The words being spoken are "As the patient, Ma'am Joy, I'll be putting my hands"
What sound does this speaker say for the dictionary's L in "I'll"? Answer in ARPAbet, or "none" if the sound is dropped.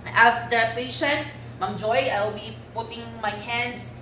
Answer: L